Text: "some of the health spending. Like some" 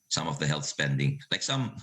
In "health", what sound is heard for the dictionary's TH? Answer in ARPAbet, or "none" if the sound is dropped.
TH